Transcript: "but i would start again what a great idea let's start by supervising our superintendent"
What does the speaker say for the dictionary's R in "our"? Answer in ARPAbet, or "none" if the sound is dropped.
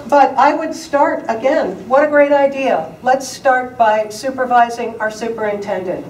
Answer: R